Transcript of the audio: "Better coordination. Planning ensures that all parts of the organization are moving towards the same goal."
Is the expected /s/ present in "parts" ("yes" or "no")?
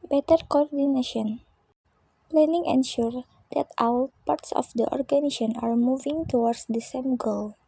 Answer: yes